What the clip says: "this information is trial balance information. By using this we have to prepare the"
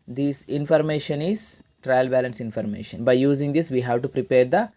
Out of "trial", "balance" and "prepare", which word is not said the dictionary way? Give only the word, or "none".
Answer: none